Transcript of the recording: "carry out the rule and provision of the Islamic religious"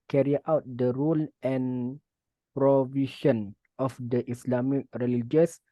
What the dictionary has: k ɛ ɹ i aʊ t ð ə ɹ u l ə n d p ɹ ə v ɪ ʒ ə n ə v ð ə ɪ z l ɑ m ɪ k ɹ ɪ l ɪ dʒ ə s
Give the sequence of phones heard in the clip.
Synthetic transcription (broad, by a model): k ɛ ɹ i aʊ t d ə ɹ u l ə n p ɹ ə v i ʃ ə n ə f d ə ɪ s l ɑ m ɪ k ɹ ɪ l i dʒ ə s